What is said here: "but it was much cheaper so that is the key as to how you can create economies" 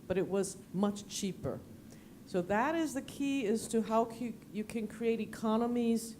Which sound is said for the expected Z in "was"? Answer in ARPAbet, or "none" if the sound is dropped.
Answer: Z